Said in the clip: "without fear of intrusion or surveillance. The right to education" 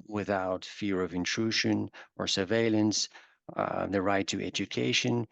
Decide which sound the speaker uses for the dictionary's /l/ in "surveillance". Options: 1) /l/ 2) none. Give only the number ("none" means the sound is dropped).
1